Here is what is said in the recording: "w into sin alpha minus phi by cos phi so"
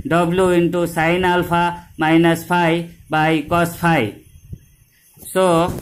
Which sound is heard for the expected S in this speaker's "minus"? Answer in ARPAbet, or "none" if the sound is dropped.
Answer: S